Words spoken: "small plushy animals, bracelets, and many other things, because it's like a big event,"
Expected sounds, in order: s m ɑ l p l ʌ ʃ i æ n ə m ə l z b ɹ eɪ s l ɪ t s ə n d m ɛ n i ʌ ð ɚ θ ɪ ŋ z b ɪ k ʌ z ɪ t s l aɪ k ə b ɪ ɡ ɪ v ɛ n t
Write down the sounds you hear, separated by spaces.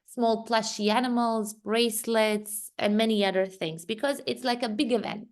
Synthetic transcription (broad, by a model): s m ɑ l p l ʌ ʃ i æ n ə m ə l z ɹ eɪ s l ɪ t s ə n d m ɛ n i ʌ ð ɚ θ ɪ ŋ z b ɪ k ʌ z ɪ t s l aɪ k ə b ɪ ɡ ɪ v ɛ n t